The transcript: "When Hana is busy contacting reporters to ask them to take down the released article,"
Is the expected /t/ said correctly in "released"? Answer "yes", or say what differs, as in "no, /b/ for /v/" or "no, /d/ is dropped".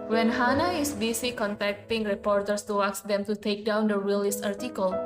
no, /t/ is dropped